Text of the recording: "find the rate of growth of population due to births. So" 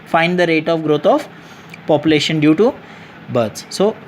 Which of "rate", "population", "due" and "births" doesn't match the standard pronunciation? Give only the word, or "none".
births